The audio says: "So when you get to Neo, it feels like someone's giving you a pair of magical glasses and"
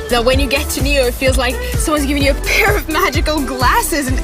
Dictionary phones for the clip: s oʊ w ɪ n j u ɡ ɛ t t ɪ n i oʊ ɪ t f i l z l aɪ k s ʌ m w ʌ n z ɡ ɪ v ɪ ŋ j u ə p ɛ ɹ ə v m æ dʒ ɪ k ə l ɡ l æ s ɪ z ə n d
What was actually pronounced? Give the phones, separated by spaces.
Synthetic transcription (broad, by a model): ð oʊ w ɪ n j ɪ ɡ ɛ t t ɪ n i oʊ ɪ t f i l z l aɪ k s ʌ m w ʌ n z ɡ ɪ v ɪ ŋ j ə p ɛ ɹ ə v m æ dʒ ɪ k ə l ɡ l æ s ɪ z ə n